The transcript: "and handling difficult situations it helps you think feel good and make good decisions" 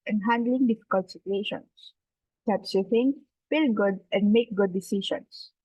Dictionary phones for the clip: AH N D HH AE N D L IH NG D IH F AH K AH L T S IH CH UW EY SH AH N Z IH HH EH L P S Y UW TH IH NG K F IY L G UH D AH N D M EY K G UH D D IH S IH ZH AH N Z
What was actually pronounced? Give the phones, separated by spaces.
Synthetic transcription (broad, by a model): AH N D HH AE N D L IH NG D IH F AH K AH L T S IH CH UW EY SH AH N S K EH P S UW F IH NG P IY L G UH D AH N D M EY K G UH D D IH S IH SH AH N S